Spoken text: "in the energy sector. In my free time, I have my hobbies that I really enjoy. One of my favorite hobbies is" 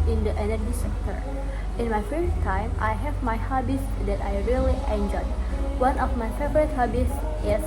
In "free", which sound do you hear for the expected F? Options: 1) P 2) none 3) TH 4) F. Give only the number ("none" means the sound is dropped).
1